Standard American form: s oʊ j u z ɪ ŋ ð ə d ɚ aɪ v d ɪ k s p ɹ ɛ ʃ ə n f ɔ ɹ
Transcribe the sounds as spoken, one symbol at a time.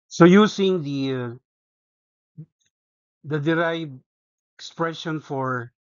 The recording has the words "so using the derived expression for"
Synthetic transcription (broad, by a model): s oʊ j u s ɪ ŋ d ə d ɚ aɪ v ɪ k s p ɹ ɛ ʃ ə n f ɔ ɹ